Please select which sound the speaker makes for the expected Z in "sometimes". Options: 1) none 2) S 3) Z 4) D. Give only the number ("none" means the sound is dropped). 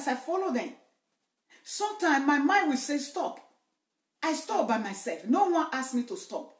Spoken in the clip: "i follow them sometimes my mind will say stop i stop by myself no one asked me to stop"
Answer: 1